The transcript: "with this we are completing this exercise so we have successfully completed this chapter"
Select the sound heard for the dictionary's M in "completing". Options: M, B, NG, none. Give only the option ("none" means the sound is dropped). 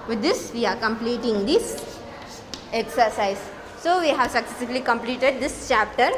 M